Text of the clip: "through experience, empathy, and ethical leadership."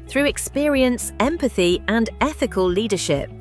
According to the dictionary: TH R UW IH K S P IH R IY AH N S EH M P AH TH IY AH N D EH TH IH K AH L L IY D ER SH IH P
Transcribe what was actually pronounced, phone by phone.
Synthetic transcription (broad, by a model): TH R UW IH K S P IH R IY AH N S EH M P AH TH IY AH N EH TH IH K AH L L IY D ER SH IH P